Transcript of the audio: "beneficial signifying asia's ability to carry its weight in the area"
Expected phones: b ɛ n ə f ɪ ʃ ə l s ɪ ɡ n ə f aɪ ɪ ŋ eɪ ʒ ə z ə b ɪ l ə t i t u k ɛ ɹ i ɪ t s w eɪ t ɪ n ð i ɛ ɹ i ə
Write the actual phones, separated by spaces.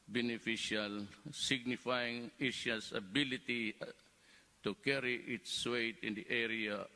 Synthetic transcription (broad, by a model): b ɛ n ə f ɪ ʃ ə l s ɪ ɡ n ə f aɪ ɪ ŋ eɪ ʃ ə s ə b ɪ l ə t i t u k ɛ ɹ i ɪ t s w eɪ t ɪ n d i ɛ ɹ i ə